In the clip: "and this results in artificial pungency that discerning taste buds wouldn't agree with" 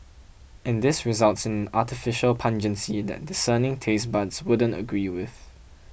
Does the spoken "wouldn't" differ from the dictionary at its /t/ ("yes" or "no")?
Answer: no